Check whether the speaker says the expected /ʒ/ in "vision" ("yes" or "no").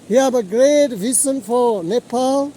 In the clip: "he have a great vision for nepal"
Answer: no